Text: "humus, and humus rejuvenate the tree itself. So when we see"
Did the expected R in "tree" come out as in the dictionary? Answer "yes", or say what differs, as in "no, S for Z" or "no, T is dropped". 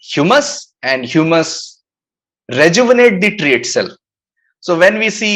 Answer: yes